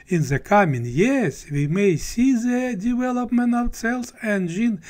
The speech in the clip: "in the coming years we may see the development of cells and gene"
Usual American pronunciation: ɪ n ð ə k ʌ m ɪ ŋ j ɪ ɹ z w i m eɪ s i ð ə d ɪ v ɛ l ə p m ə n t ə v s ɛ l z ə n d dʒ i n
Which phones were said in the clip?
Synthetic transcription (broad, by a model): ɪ n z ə k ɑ m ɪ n j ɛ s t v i m eɪ s i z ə d ɪ v ɛ l ə p m ə n t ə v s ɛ l s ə n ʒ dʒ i n